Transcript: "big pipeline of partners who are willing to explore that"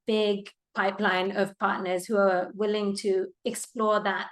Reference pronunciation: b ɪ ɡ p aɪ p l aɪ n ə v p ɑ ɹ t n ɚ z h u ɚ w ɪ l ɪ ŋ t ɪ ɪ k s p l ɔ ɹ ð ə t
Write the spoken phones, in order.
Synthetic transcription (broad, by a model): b ɪ ɡ p aɪ p l aɪ n ə v p ɑ ɹ t n ɚ z h u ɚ w ɪ l ɪ ŋ t ɪ ɪ k s p l ɔ ɹ ð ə t